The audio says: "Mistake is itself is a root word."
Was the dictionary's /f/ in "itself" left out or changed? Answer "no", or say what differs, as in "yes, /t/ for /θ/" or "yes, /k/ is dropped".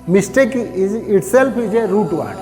yes, /p/ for /f/